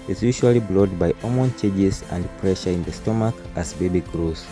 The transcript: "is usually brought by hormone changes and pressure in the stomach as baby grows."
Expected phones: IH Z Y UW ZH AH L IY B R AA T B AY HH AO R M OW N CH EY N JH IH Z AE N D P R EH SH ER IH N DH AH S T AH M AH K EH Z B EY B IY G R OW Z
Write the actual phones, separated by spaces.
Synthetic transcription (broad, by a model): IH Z Y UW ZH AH L IY B L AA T B AY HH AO M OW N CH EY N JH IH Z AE N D P R EH SH ER IH N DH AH S T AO M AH K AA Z B EY B IY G R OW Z